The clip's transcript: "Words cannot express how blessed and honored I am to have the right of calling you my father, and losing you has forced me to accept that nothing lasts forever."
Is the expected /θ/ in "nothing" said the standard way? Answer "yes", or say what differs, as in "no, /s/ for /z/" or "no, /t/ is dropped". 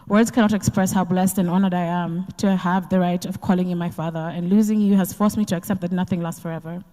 yes